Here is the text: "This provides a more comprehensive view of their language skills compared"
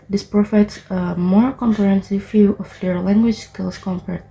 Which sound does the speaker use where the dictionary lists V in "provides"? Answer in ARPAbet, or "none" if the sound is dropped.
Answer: F